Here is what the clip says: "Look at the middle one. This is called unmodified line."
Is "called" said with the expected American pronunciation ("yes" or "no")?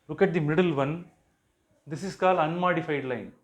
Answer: no